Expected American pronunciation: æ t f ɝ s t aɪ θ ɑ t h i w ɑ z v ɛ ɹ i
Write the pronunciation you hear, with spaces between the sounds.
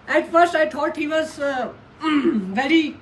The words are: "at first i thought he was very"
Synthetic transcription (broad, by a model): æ t f ɝ s t aɪ t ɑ t h i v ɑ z v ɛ ɹ i